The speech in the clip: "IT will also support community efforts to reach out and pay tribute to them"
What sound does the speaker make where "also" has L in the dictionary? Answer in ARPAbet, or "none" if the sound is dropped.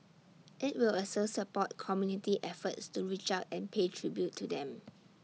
none